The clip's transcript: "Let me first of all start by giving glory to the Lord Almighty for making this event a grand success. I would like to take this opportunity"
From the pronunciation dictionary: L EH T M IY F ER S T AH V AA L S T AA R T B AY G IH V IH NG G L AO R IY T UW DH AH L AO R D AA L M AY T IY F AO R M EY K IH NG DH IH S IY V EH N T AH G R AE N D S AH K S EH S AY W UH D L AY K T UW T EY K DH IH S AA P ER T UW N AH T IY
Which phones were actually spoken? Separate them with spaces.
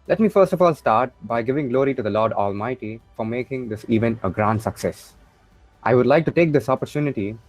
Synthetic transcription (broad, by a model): L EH T M IY F ER S T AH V AA L S T AA R T B AY G IH V IH NG G L AO R IY T UW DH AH L AO R D AA L M AY T IY F AO R M EY K IH NG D IH S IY V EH N AH G R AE N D S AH K S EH S AY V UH D L AY K T UW T EY K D IH S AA P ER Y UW N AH T IY